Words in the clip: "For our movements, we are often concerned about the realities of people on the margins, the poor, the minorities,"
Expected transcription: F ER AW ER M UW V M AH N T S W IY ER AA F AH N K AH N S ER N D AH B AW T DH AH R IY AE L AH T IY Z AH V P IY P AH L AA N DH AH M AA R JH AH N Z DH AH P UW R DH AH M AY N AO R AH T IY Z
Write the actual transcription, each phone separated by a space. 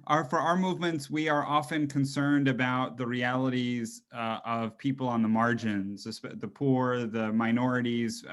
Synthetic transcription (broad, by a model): F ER AW ER M UW V M AH N T S W IY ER AA F AH N K AH N S ER N D AH B AW T DH AH R IY AE L AH T IY Z AH V P IY P L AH N DH AH M AA R JH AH N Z DH AH P UW R DH AH M AY N AO R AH T IY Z